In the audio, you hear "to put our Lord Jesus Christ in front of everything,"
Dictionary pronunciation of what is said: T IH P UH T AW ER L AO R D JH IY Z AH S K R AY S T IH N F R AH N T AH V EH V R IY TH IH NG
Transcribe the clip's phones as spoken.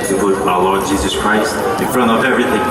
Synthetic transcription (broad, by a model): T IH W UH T AW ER L AO R D JH IY Z AH S K R AY S T IH N F R AH N T AH V EH V R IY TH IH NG